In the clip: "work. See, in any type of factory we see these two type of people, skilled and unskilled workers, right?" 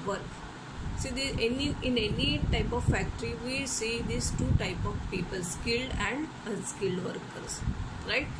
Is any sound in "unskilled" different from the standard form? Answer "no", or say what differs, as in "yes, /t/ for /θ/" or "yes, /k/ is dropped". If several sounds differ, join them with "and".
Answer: yes, /n/ is dropped